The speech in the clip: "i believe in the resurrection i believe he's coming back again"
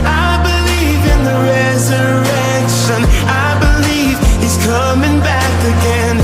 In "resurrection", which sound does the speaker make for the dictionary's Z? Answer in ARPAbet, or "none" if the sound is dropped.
Z